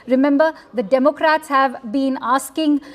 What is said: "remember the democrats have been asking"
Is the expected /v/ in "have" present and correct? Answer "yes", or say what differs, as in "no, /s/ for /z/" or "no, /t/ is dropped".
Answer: yes